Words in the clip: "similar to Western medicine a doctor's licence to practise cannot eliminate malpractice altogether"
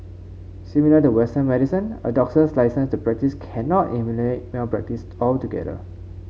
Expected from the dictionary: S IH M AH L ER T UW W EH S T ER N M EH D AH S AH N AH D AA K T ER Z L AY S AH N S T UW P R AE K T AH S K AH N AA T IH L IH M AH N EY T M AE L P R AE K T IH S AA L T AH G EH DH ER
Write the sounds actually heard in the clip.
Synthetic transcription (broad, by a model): S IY M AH L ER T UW W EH S T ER N M EH D AH S AH N AH D AA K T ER S L AY S AH N S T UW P R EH K T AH S K AH N AA T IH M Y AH L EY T M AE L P R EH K T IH S AA L T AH G EH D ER